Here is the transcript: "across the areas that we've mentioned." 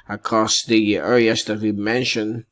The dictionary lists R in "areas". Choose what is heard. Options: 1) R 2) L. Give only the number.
2